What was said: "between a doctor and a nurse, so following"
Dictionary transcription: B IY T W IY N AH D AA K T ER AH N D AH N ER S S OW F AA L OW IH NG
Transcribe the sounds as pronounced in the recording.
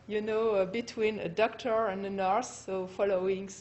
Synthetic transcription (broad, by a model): B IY T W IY N AH D AA K T ER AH N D AH N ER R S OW F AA L OW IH NG